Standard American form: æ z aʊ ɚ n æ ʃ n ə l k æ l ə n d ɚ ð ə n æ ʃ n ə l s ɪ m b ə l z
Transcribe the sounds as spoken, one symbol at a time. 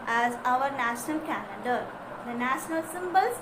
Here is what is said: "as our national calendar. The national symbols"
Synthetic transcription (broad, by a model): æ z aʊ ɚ n æ ʃ n ə l k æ n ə d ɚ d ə n æ ʃ n ə l s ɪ m b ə l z